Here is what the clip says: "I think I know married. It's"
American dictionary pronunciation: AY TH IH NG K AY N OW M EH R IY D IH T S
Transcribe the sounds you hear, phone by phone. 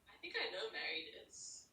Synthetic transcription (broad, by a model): AY TH IH NG K AY N OW M EH R IY D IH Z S